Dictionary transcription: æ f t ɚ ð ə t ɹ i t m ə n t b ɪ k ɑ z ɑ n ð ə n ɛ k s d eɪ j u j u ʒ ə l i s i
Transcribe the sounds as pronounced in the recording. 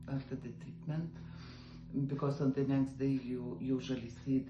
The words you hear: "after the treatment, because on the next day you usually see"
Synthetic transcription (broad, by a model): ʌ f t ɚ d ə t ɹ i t m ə n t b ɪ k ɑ s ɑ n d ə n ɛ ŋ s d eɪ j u j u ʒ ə l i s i